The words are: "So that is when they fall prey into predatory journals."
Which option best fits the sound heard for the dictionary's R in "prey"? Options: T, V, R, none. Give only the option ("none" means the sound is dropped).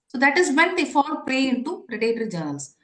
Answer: none